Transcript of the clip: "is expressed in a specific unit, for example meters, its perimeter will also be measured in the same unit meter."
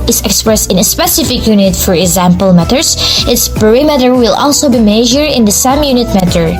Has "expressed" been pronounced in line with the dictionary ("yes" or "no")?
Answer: yes